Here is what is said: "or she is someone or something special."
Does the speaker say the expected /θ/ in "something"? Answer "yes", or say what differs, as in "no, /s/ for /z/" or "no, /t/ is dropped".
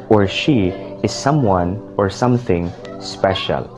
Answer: yes